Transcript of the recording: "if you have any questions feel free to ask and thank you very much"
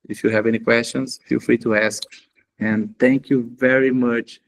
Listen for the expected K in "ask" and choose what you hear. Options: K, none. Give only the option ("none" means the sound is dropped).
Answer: K